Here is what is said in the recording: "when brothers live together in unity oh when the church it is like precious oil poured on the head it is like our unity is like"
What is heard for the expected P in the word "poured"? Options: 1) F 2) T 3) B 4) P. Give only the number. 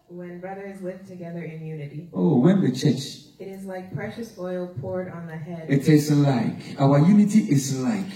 4